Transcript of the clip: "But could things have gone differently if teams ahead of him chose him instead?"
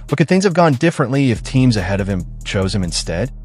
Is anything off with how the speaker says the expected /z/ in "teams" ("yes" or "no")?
no